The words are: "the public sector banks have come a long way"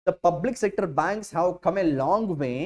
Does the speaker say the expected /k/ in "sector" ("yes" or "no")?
yes